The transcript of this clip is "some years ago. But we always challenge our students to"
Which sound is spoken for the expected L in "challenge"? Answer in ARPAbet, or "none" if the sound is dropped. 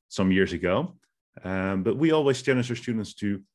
N